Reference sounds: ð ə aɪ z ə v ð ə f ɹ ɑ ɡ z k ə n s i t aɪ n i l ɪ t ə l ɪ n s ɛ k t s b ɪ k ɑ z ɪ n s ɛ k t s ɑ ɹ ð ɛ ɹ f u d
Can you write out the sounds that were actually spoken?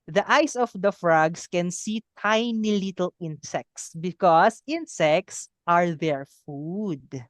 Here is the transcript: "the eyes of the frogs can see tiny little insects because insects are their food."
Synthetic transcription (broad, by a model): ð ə aɪ s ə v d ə f ɹ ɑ ɡ s k ə n s i t aɪ n i l ɪ t ə l ɪ n s ɛ k t s b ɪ k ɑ s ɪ n s ɛ k t s ɑ ɹ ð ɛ ɹ f u d